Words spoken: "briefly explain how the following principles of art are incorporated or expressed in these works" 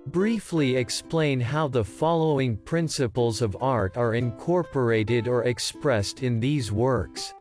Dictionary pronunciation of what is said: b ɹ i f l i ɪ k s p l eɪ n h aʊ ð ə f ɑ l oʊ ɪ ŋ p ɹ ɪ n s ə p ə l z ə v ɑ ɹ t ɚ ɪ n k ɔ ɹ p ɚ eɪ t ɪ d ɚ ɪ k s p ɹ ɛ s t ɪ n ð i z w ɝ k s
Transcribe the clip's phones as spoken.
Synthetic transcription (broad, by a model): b ɹ i f l i ɪ k s p l eɪ n h aʊ ð ə f ɑ l oʊ ɪ ŋ p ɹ ɪ n s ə p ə l z ə v ɑ ɹ t ɚ ɪ n k ɔ ɹ p ɚ eɪ t ɪ d ɚ ɪ k s p ɹ ɛ s t ɪ n ð i z w ɝ k s